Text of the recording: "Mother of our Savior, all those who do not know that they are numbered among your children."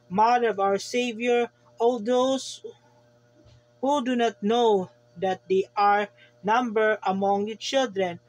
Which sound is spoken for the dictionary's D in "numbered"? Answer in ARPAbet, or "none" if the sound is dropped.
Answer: none